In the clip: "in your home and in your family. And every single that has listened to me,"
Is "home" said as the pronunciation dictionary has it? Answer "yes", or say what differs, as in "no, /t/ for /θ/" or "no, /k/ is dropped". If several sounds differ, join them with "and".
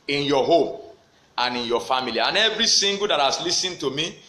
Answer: yes